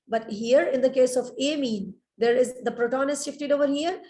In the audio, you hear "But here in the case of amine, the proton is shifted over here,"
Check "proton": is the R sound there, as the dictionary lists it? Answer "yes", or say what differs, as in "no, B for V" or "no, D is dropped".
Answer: yes